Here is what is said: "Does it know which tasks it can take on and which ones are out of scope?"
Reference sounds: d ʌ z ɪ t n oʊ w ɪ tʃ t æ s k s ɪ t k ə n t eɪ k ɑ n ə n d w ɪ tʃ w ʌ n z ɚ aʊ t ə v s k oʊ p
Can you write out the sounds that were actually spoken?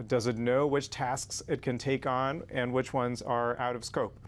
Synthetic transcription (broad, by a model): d ʌ z ɪ t n oʊ w ɪ tʃ t æ s k s ɪ t k ə n t eɪ k n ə n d w ɪ tʃ w ʌ n z ɚ aʊ t ə v s k oʊ p